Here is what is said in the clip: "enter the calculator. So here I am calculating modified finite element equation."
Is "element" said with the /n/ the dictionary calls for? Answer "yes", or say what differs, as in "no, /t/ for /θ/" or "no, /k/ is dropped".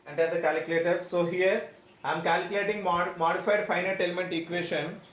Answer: yes